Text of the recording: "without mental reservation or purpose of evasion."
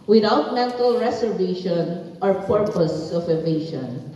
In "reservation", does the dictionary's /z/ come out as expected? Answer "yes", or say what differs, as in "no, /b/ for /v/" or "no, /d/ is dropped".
no, /s/ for /z/